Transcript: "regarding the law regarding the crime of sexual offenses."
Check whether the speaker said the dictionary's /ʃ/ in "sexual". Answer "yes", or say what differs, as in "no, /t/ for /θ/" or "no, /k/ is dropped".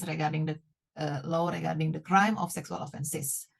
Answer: no, /s/ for /ʃ/